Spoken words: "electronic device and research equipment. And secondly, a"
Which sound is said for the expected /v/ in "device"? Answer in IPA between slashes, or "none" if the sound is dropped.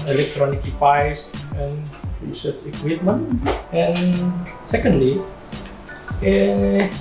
/p/